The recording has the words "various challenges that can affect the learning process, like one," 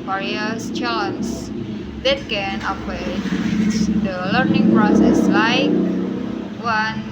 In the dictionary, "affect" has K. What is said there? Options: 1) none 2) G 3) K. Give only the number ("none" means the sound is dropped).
1